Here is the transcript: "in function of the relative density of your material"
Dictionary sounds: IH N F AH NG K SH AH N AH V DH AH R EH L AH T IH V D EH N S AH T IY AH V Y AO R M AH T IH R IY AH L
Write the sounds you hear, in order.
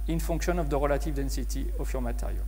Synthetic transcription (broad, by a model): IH N F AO K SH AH N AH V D AH R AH L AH T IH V D EH N S AH T IY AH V Y AO R M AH T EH R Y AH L